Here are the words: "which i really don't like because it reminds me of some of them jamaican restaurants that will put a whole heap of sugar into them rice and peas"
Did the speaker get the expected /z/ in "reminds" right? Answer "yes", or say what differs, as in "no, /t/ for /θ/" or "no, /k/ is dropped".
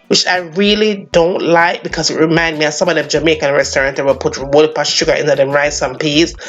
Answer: no, /z/ is dropped